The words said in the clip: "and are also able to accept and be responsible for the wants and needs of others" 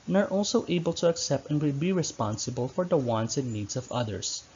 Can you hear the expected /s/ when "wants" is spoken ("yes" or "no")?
yes